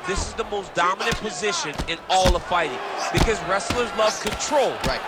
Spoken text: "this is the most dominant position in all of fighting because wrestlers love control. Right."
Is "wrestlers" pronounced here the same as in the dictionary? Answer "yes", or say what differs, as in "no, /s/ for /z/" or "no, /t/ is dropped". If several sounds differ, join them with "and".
yes